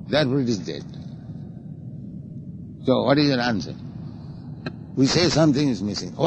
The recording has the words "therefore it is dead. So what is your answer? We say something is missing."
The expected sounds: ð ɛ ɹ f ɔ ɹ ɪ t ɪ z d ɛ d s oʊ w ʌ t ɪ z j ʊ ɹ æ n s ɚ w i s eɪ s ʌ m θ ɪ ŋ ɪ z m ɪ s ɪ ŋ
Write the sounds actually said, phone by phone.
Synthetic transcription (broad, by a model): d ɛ ɹ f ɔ ɹ ɪ t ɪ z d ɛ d s oʊ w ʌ t ɪ z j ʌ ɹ æ n s ɚ w i s eɪ s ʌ m t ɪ ŋ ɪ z m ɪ s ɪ ŋ